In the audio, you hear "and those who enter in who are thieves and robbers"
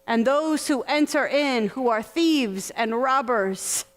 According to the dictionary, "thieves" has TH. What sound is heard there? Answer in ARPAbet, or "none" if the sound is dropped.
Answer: TH